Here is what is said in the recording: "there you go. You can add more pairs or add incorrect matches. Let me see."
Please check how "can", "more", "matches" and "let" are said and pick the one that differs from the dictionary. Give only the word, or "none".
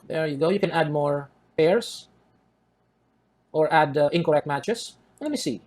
matches